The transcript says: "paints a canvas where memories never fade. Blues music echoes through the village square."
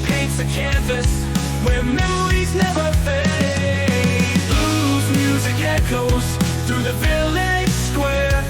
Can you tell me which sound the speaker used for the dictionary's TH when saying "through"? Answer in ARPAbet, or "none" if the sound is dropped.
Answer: TH